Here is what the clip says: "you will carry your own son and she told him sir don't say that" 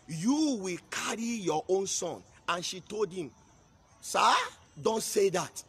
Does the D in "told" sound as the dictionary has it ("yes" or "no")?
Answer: yes